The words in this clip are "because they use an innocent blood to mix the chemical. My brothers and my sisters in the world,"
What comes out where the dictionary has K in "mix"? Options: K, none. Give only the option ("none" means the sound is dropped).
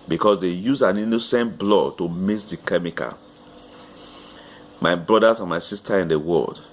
none